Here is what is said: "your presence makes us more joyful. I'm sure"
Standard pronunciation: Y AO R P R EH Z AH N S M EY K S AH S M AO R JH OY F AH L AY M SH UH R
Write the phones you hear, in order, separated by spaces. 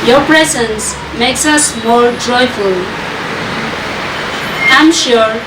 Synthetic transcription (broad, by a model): Y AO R P R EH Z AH N S M EY K S AH S M AO R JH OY F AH L AY M SH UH R